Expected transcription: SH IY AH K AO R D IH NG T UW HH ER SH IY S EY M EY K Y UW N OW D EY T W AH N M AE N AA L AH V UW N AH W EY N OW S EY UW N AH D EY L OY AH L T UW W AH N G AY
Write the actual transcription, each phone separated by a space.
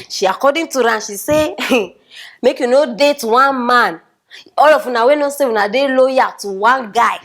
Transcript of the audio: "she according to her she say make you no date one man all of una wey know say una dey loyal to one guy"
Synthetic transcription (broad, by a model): SH IY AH K AO D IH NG T UW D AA SH IY S EY M EY K Y UW N OW D EY T W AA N M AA N AA L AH F UW N AH W EY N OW S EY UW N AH D EY L OY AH T UW W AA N G AY